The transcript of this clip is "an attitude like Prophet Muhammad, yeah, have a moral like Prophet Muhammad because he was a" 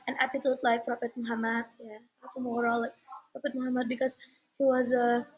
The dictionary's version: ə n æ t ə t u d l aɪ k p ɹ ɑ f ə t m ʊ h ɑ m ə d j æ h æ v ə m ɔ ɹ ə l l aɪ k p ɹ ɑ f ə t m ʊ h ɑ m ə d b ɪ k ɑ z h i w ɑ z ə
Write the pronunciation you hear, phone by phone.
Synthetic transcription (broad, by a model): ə n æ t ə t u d l aɪ k p ɹ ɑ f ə t m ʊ h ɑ m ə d j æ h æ f ə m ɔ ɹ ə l l aɪ k p ɹ ɑ f ə t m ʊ h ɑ m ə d b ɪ k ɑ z h i w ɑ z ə